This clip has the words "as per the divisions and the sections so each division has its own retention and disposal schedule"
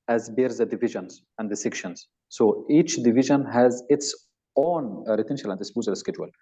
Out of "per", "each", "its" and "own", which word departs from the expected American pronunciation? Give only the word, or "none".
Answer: per